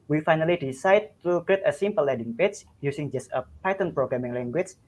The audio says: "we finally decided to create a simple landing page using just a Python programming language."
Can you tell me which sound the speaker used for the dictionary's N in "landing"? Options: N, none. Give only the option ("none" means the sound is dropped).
none